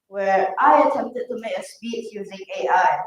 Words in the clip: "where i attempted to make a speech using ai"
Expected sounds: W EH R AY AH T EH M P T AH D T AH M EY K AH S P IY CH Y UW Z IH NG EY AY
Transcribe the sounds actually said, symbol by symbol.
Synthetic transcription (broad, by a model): W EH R AY AH T EH M P T AH D T AH M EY AH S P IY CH Y UW Z IH NG EY AY